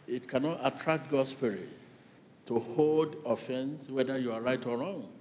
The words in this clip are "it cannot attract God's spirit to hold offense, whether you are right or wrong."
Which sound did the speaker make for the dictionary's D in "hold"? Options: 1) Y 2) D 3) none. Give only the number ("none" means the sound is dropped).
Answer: 2